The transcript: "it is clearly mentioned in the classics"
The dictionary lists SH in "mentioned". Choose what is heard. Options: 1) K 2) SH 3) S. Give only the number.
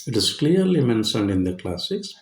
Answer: 3